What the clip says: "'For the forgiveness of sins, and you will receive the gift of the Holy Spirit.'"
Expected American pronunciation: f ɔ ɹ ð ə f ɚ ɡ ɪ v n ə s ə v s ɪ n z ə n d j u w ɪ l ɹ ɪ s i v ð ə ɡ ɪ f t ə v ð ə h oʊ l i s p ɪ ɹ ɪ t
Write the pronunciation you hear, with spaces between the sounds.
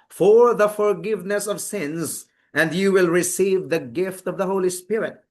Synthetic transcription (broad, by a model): f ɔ ɹ ð ə f ɚ ɡ ɪ v n ə s ə v s ɪ n z ə n d j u w ɪ l ɹ ɪ s i v ð ə ɡ ɪ f t ə v ð ə h oʊ l i s p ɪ ɹ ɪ t